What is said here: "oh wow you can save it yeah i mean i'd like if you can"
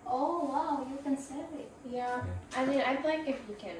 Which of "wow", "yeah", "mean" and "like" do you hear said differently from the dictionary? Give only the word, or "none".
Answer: mean